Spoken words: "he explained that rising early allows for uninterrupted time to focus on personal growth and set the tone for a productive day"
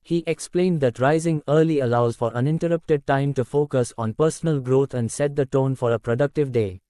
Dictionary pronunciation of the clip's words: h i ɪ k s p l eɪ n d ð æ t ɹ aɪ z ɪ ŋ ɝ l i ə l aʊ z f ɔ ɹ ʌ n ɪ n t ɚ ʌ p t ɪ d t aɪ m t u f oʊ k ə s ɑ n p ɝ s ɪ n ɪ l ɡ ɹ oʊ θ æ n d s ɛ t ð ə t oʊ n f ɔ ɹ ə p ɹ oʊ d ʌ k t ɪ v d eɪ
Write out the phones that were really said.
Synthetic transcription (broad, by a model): h i ɪ k s p l eɪ n d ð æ t ɹ aɪ z ɪ ŋ ɝ l i ə l aʊ z f ɔ ɹ ʌ n ɪ n t ɚ ʌ p t ɪ d t aɪ m t u f oʊ k ə s ɑ n p ɝ s ɪ n ɪ l ɡ ɹ oʊ t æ n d s ɛ t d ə t oʊ n f ɔ ɹ ə p ɹ oʊ d ʌ k t ɪ v d eɪ